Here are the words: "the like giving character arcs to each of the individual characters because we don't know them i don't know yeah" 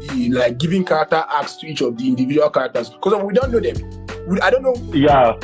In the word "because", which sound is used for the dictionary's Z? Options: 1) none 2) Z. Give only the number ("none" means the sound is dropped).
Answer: 1